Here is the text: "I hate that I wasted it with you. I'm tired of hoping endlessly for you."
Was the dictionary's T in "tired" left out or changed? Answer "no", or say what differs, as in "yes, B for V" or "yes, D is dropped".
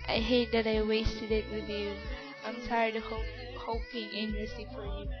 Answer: yes, S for T